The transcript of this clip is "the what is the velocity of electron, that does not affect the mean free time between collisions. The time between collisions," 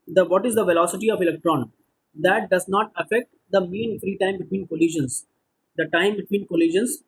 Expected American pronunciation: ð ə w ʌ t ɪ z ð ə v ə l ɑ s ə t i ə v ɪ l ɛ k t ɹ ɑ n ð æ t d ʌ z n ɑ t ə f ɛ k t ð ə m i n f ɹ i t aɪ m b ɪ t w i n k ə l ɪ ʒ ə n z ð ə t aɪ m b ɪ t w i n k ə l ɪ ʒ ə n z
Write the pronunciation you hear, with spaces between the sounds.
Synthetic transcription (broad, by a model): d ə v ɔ t ɪ z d ə v ə l ɑ s ə t i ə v ɪ l ɛ k t ɹ ɑ n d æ t d ʌ z n ɑ t ə f ɛ k t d ə m i n f ɹ i t aɪ m b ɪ t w i n k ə l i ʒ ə n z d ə t aɪ m b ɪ t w i n k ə l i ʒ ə n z